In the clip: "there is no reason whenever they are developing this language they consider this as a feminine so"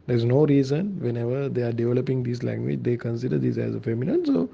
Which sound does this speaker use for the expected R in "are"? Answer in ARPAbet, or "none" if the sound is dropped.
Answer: R